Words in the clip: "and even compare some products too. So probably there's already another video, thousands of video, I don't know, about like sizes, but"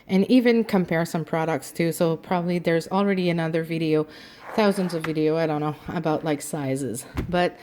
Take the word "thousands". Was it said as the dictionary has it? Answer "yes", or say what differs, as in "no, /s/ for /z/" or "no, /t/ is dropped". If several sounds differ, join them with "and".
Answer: yes